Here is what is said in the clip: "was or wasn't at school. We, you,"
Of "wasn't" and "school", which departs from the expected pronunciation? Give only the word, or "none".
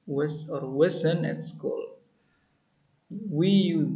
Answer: wasn't